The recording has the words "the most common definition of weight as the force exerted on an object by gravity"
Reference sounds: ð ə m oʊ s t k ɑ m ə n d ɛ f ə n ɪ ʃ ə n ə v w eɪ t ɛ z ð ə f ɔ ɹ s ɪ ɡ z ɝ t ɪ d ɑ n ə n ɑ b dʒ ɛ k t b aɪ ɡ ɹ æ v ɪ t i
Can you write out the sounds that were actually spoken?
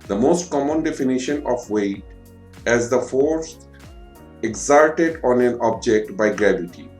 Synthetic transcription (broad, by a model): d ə m oʊ s t k ɑ m ə n d ɛ f ə n ɪ ʃ ə n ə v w eɪ t ɛ z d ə f ɔ ɹ s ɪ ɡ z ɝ t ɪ d ɑ n ə n ɑ b dʒ ɛ k t b aɪ ɡ ɹ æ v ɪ t i